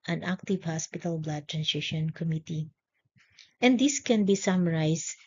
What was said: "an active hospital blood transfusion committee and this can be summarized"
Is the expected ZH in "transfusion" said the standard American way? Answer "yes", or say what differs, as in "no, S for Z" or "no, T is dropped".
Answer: no, SH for ZH